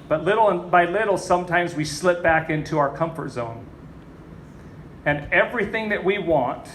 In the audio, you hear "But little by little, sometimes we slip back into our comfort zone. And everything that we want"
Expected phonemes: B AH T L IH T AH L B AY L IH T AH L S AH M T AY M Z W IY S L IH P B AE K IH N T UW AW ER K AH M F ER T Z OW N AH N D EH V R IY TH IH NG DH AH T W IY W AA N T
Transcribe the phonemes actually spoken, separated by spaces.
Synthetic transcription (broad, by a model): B AH T L IH T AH N B AY L IH T L S AH M T AY M Z W IY S L IH P B AE K IH N T UW AW ER K AH M F ER T Z OW N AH N EH V R IY TH IH NG DH AH T W IY W AA N T